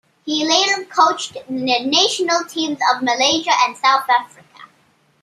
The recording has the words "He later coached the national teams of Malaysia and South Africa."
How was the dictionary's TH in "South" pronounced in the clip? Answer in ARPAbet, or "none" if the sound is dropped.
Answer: TH